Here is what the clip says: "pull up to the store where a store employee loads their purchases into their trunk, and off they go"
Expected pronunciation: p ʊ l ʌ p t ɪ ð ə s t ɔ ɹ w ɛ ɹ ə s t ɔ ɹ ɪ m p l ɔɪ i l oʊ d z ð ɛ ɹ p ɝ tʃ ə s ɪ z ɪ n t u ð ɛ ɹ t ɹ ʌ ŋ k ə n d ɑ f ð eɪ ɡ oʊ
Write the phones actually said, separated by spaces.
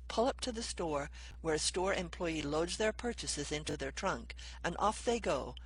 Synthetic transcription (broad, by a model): p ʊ l ʌ p t ɪ ð ə s t ɔ ɹ w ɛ ɹ s t ɔ ɹ ɪ m p l ɔɪ i l oʊ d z ð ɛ ɹ p ɝ tʃ ə s ɪ z ɪ n t u ð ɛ ɹ t ɹ ʌ ŋ k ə n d ɑ f ð eɪ ɡ oʊ